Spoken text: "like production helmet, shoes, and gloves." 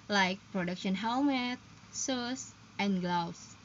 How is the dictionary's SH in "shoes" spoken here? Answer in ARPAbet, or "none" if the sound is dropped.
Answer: S